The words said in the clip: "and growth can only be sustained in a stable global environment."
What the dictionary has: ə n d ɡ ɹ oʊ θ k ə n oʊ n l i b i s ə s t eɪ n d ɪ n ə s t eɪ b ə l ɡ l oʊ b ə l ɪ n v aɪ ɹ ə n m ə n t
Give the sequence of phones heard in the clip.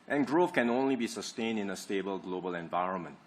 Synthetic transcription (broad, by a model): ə n ɡ ɹ oʊ f k ə n oʊ n l i b i s ə s t eɪ n d ɪ n ə s t eɪ b ə l ɡ l oʊ b ə l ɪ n v aɪ ɹ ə n m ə n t